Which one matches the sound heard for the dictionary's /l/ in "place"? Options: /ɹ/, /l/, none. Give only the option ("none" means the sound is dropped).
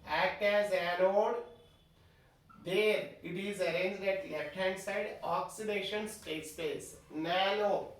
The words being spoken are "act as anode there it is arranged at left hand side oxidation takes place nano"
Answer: none